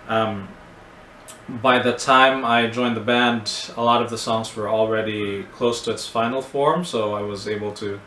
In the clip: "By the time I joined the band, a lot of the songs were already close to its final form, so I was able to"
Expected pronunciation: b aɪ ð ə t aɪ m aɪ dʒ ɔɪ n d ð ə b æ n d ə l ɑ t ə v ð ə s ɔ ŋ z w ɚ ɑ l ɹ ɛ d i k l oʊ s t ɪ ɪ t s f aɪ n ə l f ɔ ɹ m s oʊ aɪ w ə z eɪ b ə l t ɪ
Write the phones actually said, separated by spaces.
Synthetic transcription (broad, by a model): b aɪ ð ə t aɪ m aɪ dʒ ɔɪ n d ð ə b æ n d ə l ɑ t ə v ð ə s ɔ ŋ z w ɚ l ɹ ɛ d i k l oʊ s t ɪ ɪ t s f aɪ n l f ɔ ɹ m s oʊ aɪ w ə z eɪ b l t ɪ